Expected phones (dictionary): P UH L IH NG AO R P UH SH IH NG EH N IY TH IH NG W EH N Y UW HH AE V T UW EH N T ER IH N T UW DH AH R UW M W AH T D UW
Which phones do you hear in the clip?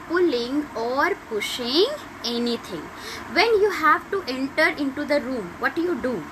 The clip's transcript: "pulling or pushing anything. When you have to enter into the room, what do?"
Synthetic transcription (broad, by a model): P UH L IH NG AO R P UH SH IH NG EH N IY T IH NG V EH N Y UW HH AE V T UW EH N T ER IH N T UW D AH R UW M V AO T D UW